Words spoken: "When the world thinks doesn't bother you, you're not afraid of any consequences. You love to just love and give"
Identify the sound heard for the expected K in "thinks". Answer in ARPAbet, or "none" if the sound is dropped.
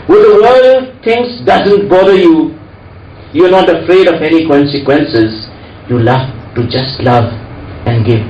none